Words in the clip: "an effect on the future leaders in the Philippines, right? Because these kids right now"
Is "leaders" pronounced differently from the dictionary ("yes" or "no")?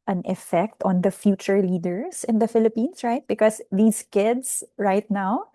yes